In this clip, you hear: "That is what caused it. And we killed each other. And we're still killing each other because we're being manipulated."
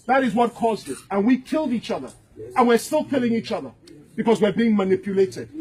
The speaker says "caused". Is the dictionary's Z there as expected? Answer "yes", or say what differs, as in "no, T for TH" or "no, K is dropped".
yes